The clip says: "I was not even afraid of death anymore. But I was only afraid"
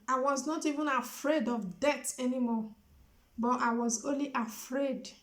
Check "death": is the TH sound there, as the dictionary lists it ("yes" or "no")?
no